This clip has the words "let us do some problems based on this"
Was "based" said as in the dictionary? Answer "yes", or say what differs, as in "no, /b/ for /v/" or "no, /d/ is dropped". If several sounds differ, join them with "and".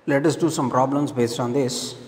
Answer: yes